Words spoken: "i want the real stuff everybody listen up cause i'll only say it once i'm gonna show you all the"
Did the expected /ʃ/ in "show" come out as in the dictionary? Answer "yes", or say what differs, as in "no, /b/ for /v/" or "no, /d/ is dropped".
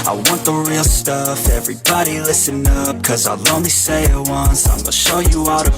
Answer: yes